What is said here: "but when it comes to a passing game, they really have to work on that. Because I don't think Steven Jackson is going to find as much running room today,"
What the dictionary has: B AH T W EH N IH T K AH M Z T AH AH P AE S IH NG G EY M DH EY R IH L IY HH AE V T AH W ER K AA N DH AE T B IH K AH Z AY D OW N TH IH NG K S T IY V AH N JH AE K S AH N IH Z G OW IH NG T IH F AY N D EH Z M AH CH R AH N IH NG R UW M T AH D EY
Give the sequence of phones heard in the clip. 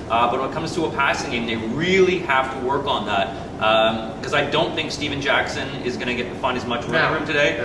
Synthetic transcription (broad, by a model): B AH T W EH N IH T K AH M Z T AH AH P AE S IH NG G EY M DH EY R IH L IY HH AE F T AH W ER K N DH AE T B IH K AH Z AY D OW N TH IH NG K S T IY V AH N JH AE K S AH N IH Z G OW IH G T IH F AY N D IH Z M AH CH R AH IH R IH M T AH D EY